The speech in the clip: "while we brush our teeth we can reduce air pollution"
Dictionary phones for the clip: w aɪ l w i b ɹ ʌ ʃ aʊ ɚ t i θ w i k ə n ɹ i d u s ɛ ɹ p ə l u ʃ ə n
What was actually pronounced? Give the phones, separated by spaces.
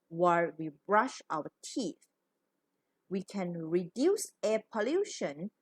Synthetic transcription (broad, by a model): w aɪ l w i b ɹ ʌ ʃ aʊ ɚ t i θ w i k ə n ɹ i d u s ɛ p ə l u ʃ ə n